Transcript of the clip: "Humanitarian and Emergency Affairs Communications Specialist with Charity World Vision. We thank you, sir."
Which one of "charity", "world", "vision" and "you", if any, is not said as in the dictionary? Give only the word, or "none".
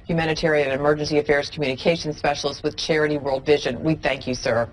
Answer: none